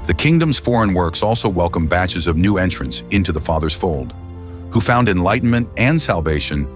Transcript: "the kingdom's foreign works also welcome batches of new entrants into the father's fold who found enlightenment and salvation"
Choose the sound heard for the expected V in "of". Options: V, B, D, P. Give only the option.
V